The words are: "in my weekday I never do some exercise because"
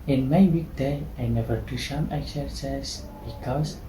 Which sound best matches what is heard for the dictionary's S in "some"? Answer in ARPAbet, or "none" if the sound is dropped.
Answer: SH